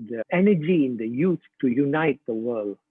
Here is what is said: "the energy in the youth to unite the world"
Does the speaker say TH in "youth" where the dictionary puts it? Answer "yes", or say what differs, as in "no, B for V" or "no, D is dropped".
no, T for TH